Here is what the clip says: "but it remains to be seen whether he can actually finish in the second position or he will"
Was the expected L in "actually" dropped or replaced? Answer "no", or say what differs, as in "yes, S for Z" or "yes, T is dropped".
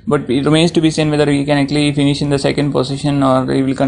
no